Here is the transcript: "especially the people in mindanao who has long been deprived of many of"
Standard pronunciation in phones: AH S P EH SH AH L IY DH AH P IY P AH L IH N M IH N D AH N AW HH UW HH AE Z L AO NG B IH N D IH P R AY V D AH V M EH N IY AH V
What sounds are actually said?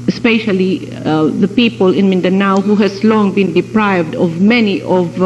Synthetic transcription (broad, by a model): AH S P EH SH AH L IY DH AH P IY P AH L IH N M IH N D AH N AW HH UW HH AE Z L AO NG B IH N D IH P R AY V D AH V M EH N IY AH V